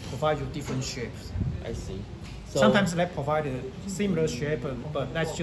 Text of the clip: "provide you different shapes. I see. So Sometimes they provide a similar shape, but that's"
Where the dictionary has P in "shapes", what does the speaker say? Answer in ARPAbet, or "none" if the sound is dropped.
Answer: P